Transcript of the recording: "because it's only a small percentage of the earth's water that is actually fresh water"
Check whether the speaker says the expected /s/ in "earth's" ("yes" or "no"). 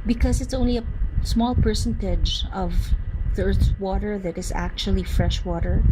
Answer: no